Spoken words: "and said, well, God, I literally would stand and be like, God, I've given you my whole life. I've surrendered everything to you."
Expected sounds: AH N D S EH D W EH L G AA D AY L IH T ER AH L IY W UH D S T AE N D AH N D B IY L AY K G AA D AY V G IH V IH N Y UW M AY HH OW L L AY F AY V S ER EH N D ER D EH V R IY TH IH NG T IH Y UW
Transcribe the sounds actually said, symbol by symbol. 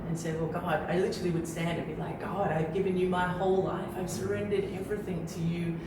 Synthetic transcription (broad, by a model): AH N S EH D W EH L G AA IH AY L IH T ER L IY W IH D S T AE N D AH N B IY L AY K G AA D AY V G IH V IH N Y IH M AY HH OW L L AY F AY V S ER EH N D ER D EH V R IY TH IH NG T IH Y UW